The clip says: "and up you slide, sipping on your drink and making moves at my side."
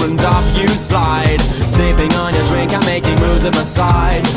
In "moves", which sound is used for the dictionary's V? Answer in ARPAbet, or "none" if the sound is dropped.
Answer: none